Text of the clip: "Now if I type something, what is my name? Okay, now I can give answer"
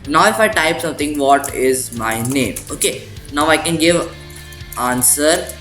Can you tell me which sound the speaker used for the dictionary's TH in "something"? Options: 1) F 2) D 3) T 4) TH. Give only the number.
3